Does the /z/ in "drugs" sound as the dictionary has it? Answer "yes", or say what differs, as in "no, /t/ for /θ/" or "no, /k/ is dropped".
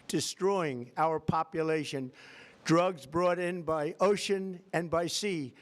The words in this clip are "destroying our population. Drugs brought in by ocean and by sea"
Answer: yes